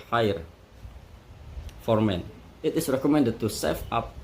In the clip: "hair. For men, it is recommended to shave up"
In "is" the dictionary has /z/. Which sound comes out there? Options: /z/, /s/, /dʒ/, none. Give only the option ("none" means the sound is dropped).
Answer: /s/